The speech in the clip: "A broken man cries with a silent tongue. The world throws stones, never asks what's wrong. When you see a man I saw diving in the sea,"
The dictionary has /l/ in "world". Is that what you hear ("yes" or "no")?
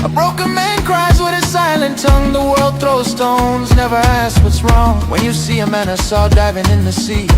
yes